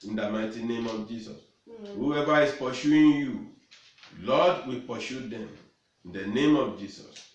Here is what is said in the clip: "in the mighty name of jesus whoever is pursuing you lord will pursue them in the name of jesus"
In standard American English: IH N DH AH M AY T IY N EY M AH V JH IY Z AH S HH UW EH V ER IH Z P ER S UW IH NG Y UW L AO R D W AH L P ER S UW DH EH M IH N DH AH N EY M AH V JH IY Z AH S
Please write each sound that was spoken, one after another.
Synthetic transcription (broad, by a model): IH N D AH M AY T IY N EY M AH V JH IY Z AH S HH UW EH V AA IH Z P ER SH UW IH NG Y UW L AO D W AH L P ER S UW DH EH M IH N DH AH N EY M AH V JH IY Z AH S